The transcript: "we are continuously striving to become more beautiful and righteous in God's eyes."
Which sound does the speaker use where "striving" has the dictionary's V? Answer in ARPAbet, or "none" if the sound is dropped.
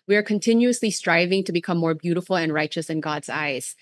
V